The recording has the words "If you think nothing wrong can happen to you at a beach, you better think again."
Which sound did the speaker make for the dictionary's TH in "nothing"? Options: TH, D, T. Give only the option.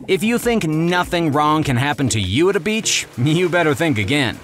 TH